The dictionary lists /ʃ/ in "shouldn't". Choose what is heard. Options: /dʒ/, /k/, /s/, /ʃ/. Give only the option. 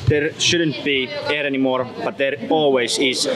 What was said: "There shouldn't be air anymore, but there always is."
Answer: /ʃ/